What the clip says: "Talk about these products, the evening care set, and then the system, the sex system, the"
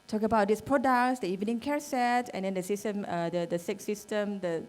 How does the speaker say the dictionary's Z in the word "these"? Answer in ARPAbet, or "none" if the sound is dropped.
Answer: S